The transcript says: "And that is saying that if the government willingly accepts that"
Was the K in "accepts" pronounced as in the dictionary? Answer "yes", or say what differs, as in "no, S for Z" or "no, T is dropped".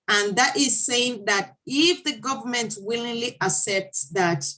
no, K is dropped